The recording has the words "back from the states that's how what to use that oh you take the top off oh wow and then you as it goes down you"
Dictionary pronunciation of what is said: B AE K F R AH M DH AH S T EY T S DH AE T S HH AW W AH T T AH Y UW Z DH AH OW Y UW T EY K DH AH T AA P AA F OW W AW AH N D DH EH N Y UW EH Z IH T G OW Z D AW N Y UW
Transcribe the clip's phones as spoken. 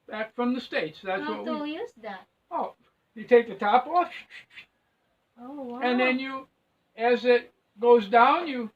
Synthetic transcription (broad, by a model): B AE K F R AH M DH AH S T EY T S DH AE T S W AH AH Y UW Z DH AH OW Y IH T EY K DH AH T AA P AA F OW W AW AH N DH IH N Y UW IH Z IH T G OW Z D AW N Y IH